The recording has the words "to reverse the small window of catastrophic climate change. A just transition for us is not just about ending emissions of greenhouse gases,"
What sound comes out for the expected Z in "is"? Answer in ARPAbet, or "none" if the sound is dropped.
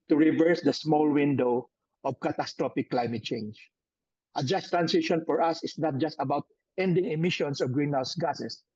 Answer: S